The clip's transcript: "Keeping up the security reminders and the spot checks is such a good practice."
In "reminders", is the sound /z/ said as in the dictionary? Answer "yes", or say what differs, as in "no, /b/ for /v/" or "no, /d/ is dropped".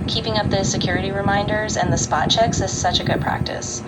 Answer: yes